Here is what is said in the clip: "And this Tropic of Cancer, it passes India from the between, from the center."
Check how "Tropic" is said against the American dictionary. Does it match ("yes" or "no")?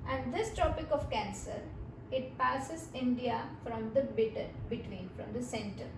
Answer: no